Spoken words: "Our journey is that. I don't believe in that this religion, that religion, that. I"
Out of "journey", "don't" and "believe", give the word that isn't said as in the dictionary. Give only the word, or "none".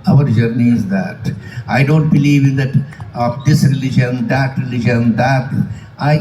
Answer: none